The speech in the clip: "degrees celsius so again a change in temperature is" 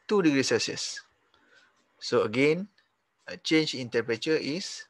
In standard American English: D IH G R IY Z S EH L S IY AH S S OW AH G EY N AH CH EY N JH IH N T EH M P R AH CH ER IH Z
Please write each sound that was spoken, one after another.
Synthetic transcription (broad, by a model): D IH G R IY S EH S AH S S OW AH G EY N AH CH EY N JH IH N T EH P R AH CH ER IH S